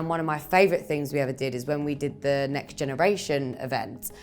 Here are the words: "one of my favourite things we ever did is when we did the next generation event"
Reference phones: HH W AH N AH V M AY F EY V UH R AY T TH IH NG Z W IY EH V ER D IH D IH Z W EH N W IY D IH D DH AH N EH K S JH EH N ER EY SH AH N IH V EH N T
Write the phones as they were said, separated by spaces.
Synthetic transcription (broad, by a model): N W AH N AH V M AY F EY V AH R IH T TH IH NG Z W IY EH V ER D IH D IH Z W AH N W IY D IH D DH AH N EH K S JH EH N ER EY SH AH N IH V EH N T